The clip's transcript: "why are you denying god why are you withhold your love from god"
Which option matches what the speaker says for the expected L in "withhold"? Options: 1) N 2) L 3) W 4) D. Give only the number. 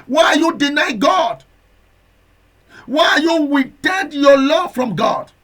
1